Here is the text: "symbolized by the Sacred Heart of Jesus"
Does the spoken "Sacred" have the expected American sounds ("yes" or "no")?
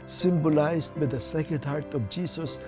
no